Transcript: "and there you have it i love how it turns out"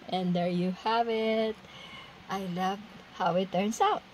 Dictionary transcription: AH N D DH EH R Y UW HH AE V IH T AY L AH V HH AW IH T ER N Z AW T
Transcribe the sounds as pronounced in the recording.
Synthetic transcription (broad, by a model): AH N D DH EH R Y UW HH AE V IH T AY L AH V HH AW IH T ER N S AW T